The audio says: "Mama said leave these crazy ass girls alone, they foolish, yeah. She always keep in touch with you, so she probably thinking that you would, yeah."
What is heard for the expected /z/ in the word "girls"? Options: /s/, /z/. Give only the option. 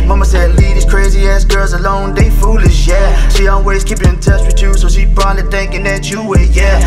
/z/